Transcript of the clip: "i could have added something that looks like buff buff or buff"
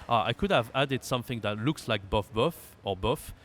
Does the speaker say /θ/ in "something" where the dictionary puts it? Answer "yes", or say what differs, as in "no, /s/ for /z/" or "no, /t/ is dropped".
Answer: yes